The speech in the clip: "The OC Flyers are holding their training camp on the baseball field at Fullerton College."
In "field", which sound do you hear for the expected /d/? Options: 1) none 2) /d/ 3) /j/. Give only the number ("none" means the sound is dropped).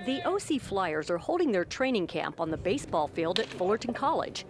2